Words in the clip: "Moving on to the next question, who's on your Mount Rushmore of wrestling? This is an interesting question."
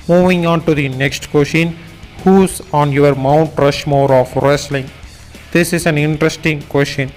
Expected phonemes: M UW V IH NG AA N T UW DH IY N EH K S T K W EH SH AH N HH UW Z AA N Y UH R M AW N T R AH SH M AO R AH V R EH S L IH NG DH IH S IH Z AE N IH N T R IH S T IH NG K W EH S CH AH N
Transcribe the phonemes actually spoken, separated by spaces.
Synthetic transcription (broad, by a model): M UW V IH NG AA N T UW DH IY N EH K S T K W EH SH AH N HH UW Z AA N Y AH R M AW N T R AH SH M AO R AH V R EH S L IH NG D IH S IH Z AE N IH N T R IH S T IH NG K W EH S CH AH N